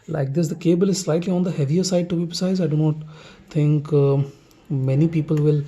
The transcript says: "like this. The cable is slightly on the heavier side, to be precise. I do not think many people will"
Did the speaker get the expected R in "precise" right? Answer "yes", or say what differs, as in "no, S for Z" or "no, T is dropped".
no, R is dropped